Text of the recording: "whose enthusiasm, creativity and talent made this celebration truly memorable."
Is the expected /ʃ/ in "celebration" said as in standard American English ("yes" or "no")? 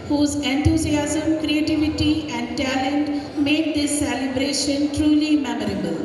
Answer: yes